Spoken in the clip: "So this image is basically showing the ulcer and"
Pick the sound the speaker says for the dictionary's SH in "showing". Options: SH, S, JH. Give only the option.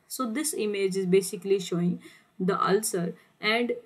SH